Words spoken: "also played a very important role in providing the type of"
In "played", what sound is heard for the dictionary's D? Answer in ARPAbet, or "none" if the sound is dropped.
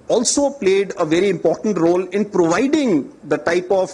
D